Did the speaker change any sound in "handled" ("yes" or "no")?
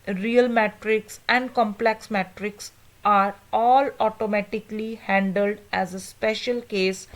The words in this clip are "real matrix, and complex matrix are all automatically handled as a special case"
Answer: no